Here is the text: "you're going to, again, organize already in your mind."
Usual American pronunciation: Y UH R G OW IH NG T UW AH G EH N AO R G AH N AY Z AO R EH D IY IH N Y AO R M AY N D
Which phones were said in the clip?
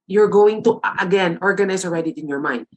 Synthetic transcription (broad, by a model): Y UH R G OW IH NG T UW AH G EH N AO R G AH N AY S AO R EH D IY IH N Y AO R M AY N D